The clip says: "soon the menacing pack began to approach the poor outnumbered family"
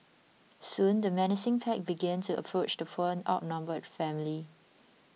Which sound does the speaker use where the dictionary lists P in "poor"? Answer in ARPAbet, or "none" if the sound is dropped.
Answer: F